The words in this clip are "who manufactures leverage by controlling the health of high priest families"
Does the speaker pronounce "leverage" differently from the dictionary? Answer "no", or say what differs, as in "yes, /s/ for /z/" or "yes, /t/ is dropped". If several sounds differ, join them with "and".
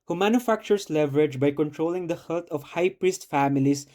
no